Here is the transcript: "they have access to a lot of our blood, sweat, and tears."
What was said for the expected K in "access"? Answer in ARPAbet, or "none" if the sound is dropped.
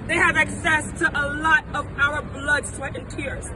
K